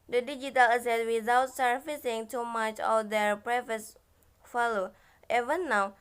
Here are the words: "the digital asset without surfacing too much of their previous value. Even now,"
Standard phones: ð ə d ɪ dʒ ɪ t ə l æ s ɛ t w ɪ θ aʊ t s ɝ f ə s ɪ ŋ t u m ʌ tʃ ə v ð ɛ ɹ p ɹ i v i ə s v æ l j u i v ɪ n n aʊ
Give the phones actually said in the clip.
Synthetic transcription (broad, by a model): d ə d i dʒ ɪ t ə l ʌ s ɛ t w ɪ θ aʊ t s ɝ f ə s ɪ ŋ t u m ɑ tʃ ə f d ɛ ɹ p ɹ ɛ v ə s f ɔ l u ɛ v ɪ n n aʊ